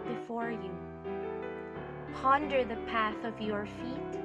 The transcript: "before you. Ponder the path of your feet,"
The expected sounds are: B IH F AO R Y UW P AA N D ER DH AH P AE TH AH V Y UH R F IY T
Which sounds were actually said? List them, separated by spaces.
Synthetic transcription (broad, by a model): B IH F AO R Y UW P AA N D ER DH AH P AE TH AH V Y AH R F IY T